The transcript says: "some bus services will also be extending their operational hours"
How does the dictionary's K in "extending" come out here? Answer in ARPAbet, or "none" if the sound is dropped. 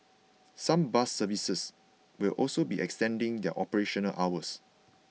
K